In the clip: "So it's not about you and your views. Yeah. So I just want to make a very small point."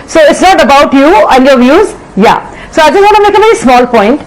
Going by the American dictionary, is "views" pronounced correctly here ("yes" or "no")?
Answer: yes